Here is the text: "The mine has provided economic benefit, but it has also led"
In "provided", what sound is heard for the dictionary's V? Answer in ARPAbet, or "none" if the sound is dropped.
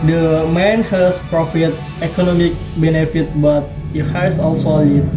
F